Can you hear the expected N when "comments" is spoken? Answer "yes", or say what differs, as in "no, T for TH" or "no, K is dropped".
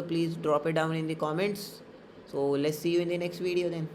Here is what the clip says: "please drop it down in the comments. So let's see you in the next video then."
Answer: yes